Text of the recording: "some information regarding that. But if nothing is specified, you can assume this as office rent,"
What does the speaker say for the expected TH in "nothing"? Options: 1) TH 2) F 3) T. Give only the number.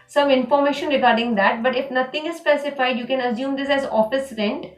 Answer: 3